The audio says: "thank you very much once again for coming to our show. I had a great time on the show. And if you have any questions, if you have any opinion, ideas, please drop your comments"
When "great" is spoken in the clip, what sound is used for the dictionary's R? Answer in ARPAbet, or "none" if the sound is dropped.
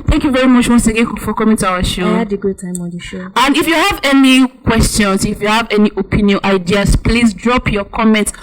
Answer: none